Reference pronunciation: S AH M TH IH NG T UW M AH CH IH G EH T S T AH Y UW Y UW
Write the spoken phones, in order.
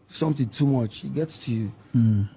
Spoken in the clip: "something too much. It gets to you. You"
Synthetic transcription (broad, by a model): S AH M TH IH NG T UW M AH CH IH G EH T S T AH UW Y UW